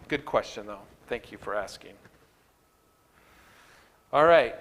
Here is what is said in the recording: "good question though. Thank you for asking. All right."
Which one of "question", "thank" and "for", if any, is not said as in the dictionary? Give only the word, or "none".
none